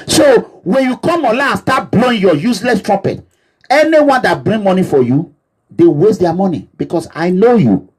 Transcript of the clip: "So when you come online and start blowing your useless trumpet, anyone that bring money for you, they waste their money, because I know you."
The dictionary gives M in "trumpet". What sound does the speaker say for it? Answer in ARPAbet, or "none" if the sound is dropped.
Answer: none